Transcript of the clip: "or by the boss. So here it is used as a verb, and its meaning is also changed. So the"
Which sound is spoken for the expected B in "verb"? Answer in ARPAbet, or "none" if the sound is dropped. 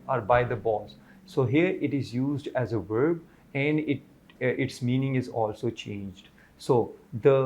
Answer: B